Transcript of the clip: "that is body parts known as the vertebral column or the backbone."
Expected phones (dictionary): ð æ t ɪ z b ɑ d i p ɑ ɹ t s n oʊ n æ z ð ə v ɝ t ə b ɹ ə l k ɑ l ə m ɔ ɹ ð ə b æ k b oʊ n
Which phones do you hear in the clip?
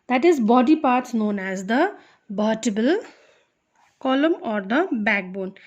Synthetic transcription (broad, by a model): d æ t ɪ z b ɑ d i p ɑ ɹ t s n oʊ n æ z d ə b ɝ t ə b ə l k ɑ l ə m ɔ ɹ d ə b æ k b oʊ n